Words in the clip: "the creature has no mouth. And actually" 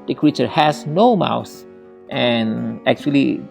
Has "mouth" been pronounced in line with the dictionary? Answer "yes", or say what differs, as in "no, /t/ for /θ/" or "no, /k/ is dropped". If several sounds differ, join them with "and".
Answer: no, /s/ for /θ/